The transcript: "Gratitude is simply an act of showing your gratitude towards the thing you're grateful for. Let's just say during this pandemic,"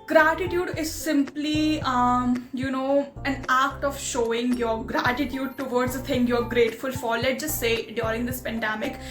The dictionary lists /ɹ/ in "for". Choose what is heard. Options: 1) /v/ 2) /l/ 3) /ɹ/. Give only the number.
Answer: 2